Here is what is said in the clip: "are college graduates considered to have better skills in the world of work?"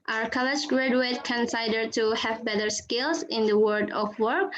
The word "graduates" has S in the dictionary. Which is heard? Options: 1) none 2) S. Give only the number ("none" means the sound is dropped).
1